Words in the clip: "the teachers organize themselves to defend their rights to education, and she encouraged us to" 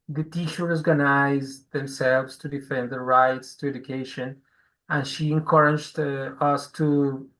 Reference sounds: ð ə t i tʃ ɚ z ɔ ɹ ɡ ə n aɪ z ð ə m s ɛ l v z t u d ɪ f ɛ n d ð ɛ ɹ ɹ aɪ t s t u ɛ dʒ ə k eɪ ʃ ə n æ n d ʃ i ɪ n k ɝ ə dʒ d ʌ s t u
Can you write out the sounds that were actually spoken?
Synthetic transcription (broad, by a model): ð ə t i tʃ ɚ ɔ ɹ ɡ ə n aɪ z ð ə m s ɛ l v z t u d ɪ f ɛ n d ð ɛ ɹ ɹ aɪ t s t u ɛ dʒ ə k eɪ ʃ ə n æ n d ʃ i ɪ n k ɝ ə dʒ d ʌ s t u